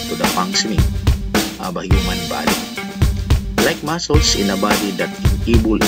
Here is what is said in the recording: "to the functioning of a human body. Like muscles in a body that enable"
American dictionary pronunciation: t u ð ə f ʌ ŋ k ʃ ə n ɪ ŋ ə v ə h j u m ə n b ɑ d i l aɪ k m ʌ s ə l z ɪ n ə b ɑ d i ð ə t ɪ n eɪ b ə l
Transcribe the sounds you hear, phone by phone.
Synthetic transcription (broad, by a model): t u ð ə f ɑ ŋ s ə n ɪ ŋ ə b ə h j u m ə n b ɑ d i l aɪ k m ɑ s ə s ɪ n ə b ɑ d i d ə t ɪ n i b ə l